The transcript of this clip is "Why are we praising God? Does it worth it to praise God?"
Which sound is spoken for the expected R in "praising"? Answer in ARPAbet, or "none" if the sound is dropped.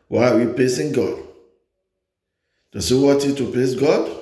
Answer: L